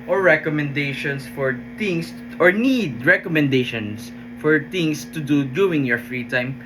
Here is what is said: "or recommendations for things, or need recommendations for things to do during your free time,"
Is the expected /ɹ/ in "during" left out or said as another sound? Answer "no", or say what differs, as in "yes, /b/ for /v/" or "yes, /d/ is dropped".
yes, /ɹ/ is dropped